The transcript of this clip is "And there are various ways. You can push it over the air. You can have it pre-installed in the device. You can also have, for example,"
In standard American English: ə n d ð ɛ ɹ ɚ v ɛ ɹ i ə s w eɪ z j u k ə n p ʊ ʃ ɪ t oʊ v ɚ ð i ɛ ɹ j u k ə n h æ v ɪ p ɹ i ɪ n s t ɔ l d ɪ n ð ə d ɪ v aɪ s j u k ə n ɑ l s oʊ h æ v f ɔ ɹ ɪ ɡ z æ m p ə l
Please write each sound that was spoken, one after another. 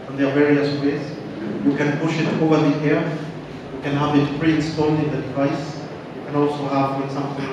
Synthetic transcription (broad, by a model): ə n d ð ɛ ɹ v ɛ ɹ i ə s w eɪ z j u k ə n p ʊ ʃ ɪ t oʊ v ɚ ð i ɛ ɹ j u k ə n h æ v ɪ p ɹ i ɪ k s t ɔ n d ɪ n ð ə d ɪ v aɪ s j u k ə n ɑ l s oʊ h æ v f ɔ ɹ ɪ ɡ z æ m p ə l